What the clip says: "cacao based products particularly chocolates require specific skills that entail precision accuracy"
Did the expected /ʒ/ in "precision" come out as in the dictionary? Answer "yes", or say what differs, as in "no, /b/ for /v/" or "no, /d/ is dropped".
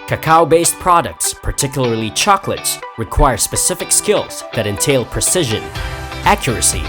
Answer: yes